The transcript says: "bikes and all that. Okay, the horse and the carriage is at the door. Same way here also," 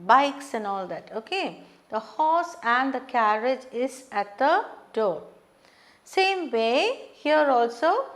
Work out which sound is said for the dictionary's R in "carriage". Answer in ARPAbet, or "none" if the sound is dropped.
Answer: R